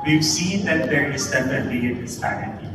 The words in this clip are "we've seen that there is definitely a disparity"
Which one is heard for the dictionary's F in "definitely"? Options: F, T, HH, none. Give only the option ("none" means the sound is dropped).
none